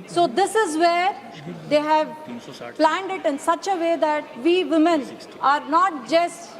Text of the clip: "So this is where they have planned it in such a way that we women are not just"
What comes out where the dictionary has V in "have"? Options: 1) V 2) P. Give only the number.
1